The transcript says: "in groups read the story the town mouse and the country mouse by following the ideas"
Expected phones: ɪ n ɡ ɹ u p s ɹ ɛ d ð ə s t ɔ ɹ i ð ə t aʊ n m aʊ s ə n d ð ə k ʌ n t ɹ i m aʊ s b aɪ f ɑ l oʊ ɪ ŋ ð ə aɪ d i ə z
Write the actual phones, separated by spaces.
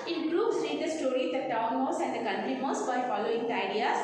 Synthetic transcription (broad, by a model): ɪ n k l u b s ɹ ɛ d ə s t ɔ ɹ i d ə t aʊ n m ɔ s ə n d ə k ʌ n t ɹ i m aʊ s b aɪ f ɑ l oʊ ɪ ŋ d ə aɪ d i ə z